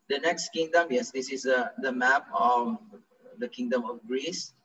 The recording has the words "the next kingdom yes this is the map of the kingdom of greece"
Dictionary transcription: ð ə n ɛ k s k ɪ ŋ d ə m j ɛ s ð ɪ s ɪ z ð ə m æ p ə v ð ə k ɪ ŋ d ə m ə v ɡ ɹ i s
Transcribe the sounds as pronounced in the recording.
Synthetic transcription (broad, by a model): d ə n ɛ k s k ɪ ŋ d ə m j ɛ s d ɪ s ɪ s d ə m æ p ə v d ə k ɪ ŋ d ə m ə f ɡ ɹ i s